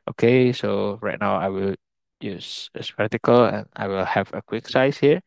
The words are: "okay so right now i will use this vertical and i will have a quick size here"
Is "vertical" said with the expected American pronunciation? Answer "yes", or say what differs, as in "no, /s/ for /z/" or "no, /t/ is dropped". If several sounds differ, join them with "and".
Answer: no, /p/ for /v/